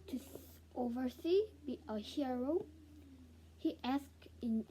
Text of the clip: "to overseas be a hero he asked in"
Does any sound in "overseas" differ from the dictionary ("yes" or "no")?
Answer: yes